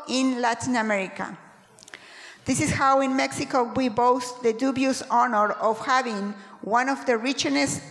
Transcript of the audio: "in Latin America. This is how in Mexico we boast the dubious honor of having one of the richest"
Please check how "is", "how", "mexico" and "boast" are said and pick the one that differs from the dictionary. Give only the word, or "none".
is